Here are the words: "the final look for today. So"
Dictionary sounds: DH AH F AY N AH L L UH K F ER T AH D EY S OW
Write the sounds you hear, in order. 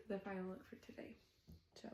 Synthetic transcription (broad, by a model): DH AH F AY AH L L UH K F ER T AH D EY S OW